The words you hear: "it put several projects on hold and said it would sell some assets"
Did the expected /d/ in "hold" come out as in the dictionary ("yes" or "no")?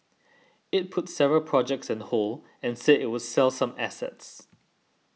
no